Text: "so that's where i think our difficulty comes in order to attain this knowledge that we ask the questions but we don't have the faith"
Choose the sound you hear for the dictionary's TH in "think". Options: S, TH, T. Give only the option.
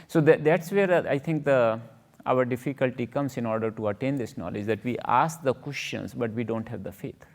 T